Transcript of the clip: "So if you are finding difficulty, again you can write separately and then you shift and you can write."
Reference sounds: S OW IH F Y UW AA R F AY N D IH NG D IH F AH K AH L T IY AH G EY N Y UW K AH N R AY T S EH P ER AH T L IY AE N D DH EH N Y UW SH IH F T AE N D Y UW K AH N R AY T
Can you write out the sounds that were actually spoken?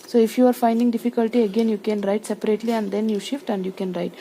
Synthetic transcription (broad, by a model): S OW IH F Y UW AA R F AY N D IH NG D IH F AH K AH L T IY AH G EY N Y UW K AH N R AY T S EH P ER AH T L IY AE N D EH N Y UW SH IH F T AE N D Y UW K AH N R AY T